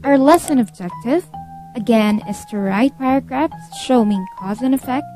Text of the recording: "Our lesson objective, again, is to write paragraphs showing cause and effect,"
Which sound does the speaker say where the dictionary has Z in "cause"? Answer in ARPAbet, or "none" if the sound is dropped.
Z